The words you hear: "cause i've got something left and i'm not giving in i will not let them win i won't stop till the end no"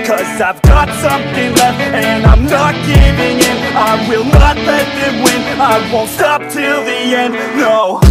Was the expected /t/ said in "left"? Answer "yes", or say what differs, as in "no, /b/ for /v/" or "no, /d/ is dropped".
no, /t/ is dropped